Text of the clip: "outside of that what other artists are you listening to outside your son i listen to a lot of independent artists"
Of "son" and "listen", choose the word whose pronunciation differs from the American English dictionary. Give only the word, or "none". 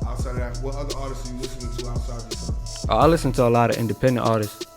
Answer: son